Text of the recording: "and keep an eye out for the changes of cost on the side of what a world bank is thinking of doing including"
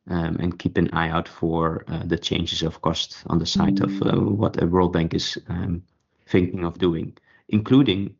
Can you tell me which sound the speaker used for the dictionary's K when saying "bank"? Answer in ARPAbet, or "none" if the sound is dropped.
K